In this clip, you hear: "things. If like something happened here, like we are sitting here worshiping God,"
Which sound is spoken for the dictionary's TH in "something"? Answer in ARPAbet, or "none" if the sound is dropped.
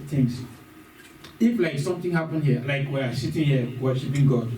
T